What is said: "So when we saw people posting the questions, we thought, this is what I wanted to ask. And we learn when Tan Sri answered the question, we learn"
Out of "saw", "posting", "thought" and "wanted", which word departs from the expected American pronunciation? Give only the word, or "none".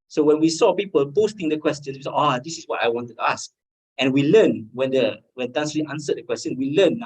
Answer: thought